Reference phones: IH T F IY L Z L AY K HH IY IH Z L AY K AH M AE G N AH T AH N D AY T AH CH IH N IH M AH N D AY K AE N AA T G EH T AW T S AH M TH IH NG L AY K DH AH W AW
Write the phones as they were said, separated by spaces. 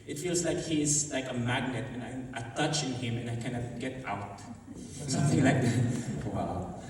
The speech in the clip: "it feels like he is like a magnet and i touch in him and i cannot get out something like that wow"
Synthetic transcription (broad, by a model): IH T F IY L Z L AY K HH IY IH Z L AY K AH M AE G N AH T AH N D AY T AH CH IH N IH M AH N AY K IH N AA G EH T AW T S AH M TH IH NG L AY K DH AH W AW